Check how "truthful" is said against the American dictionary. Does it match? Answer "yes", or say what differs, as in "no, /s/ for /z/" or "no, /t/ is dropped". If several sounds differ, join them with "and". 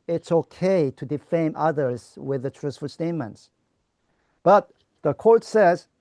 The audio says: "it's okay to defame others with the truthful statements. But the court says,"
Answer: no, /s/ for /θ/